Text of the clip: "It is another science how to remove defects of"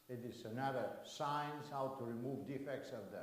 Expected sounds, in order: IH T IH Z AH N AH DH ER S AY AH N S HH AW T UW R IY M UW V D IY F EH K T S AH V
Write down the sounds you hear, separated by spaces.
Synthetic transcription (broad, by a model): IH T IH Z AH N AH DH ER S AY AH N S HH AW T UW R IY M UW V D IY F EH K T S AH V